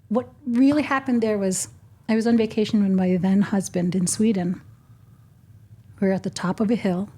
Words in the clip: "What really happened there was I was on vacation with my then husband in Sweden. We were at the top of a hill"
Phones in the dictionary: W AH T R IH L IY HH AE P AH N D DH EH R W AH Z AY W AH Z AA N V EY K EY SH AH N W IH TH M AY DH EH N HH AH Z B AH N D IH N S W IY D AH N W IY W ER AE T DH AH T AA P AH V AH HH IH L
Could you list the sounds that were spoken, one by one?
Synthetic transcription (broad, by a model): W AH T R IH L IY HH AE P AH N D DH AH R W AH Z AY W AH Z N V EY K EY SH N W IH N M AY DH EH N HH AH Z B AH N D IH N S W IY D N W W ER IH T DH AH T AA P AH V AH HH IH L